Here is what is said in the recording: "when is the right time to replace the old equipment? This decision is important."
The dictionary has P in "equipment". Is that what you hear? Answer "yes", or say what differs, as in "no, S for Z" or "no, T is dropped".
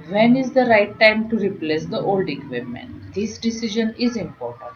no, P is dropped